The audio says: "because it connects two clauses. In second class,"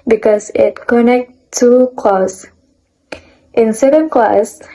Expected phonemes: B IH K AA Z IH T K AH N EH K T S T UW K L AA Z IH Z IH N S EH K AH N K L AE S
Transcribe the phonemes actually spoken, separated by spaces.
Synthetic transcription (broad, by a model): B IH K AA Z IH T K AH N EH K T T UW K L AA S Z IH N S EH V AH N K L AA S